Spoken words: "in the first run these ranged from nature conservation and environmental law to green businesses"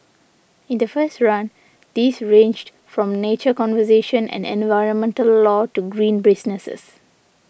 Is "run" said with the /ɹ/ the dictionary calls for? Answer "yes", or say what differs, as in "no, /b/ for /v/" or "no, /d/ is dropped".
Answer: yes